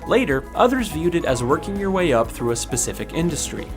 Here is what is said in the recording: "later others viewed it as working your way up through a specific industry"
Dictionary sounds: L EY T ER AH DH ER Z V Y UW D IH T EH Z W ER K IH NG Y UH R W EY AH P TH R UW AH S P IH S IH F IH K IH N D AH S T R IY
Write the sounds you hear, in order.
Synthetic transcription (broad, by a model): L EY T ER AH DH ER Z V Y UW D IH T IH Z W ER K IH NG Y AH R W EY AH P TH R UW AH S P IH S IH F IH K IH N D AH S T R IY